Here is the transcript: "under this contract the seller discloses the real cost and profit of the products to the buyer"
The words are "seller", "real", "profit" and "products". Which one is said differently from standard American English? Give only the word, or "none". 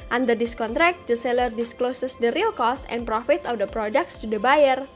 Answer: none